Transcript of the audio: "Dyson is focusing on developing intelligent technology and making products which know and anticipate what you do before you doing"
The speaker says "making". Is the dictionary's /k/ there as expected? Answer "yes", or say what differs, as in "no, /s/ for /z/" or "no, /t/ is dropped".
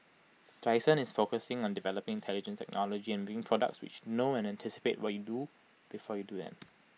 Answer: no, /k/ is dropped